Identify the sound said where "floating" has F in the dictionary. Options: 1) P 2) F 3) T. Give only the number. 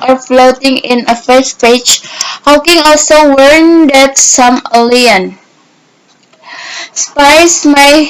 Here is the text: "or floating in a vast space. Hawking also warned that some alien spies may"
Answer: 2